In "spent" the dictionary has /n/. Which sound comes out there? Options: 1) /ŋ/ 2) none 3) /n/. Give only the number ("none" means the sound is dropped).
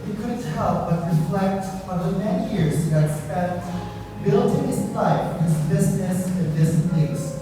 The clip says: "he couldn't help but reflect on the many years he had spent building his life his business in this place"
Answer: 2